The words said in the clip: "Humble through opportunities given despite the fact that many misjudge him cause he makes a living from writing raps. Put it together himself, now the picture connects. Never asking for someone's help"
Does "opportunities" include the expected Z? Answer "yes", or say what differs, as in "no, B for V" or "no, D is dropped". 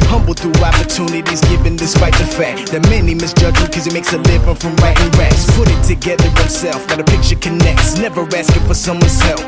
yes